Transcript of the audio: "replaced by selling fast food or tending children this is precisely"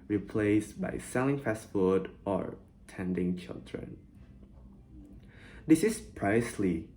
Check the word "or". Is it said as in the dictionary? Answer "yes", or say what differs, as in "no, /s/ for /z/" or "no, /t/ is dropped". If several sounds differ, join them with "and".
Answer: yes